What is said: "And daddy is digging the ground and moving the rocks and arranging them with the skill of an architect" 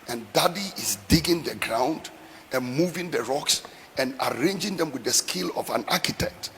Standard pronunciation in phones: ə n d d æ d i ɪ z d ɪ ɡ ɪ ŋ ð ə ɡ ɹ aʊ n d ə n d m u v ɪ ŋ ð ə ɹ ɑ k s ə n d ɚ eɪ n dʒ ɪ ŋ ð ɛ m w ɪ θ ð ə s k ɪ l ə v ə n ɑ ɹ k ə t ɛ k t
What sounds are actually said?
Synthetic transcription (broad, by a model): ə n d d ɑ d i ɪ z d ɪ ɡ ɪ ŋ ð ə ɡ ɹ aʊ n d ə n m u v ɪ ŋ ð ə ɹ ɑ k s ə n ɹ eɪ n dʒ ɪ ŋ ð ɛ m w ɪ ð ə s k ɪ l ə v ə n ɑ k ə t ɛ k t